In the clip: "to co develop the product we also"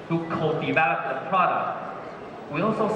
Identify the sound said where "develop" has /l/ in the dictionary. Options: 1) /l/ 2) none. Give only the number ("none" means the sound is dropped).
2